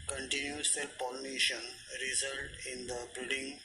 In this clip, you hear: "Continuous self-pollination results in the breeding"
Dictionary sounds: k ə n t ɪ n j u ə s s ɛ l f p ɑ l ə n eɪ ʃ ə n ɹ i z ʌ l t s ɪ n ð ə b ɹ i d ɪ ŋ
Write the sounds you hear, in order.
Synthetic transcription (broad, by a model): k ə n t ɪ n j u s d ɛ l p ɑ l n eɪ ʃ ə n ɹ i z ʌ l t ɪ n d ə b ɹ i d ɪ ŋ